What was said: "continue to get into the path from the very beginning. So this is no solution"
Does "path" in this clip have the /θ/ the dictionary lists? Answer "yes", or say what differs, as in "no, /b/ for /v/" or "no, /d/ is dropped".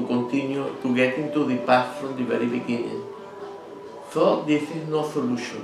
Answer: no, /s/ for /θ/